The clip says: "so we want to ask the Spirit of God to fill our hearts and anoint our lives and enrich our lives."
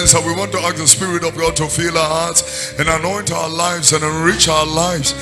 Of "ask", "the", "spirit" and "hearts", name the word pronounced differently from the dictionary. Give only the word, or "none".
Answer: ask